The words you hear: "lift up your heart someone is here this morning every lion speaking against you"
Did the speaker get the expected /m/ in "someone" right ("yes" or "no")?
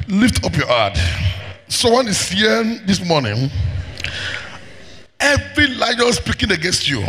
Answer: no